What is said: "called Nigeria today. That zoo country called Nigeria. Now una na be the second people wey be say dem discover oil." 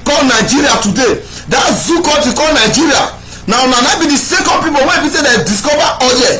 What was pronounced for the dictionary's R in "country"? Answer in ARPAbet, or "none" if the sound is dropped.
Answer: none